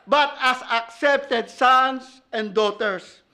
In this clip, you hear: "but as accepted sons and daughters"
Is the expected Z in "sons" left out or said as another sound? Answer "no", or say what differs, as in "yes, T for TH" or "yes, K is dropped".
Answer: yes, S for Z